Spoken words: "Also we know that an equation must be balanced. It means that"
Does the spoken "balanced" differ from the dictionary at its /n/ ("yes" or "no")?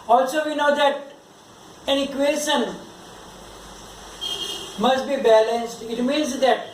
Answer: no